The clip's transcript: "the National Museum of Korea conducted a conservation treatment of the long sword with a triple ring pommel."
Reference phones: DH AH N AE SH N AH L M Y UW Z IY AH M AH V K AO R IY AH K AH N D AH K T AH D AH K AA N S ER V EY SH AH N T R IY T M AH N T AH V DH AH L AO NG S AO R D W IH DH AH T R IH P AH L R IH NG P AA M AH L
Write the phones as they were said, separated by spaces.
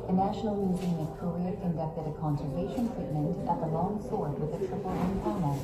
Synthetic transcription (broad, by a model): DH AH N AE SH N L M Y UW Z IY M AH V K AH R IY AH K AH N D AH K T AH D AH K AA N S ER V EY SH AH N T R IY T M AH N T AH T DH AH L AO NG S AO R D W IH DH AH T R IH F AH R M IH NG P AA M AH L